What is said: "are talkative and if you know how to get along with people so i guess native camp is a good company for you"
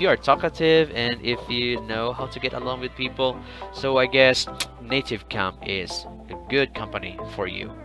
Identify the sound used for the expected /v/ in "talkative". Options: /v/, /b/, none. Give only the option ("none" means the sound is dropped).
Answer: /v/